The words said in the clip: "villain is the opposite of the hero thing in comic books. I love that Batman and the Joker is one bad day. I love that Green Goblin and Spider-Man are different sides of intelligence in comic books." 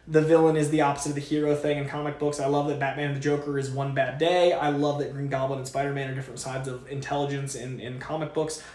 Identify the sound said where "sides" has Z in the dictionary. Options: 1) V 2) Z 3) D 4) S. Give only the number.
2